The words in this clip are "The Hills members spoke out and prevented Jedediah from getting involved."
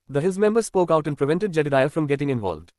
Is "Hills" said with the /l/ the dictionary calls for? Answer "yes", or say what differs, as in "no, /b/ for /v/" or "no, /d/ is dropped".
no, /l/ is dropped